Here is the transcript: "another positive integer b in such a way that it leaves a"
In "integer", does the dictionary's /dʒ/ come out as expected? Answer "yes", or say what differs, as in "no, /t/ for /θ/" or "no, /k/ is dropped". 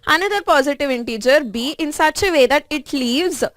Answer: yes